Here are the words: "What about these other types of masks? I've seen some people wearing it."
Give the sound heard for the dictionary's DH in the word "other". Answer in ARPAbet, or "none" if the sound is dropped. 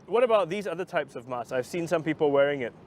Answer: DH